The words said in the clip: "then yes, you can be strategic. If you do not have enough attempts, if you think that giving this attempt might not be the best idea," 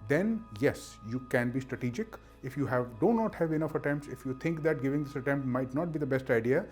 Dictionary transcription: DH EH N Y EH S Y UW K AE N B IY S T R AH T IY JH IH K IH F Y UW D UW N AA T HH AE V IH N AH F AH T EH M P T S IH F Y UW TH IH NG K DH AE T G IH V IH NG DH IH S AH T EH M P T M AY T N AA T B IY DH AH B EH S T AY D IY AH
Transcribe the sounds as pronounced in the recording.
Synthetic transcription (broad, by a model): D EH N Y EH S Y UW K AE N B IY S T R AH T IY JH IH K IH F Y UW D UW N AA T HH AE V IH N AH F AH T EH M P T S IH F Y UW T IH NG K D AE T G IH V IH NG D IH S AH T EH M P T M AY T N AA T B IY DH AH B EH S T AY D IY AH